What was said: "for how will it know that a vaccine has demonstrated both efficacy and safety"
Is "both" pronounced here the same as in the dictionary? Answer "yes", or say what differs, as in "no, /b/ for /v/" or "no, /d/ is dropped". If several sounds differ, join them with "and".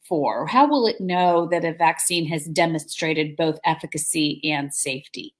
yes